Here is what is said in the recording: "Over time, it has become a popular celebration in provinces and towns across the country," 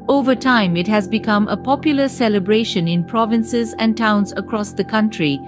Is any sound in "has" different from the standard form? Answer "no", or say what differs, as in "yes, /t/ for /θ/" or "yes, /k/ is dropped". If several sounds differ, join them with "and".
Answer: no